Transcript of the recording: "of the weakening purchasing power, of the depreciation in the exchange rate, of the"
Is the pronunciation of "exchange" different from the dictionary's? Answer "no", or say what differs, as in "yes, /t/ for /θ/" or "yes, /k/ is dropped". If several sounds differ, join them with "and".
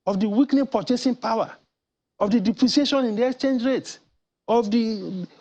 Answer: no